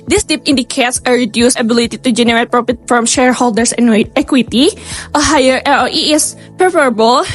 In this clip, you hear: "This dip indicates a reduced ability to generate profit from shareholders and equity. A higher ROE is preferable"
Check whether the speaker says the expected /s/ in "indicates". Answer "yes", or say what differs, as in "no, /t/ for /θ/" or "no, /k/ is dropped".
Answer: yes